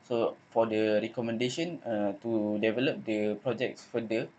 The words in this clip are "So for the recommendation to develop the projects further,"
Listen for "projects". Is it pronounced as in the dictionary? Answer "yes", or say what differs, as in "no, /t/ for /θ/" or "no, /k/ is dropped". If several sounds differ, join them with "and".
yes